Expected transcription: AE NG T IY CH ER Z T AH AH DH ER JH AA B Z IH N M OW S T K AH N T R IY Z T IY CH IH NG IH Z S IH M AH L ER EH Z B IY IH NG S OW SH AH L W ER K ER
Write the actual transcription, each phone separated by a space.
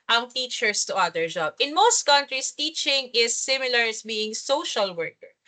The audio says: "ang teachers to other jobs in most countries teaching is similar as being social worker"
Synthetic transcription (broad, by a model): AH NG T IY CH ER S T AH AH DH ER JH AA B IH N M OW S T K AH N T R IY S T IY CH IH NG IH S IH M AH L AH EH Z B IY IH NG S OW SH AH L W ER K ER